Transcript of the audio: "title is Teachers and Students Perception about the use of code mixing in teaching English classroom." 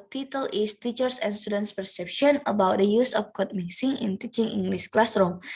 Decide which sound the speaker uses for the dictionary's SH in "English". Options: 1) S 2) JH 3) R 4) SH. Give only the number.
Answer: 1